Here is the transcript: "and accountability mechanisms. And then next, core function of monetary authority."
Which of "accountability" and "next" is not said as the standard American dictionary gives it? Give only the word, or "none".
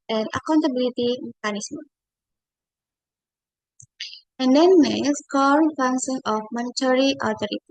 next